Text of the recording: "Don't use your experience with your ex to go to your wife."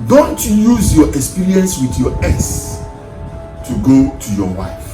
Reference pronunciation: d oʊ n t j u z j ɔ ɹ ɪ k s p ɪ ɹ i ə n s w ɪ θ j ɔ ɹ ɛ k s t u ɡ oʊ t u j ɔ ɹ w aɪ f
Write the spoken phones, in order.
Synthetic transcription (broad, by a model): d oʊ n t j u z j ɔ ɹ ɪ k s p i ɹ i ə n s w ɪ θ j ɔ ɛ s t u ɡ oʊ t u j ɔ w aɪ f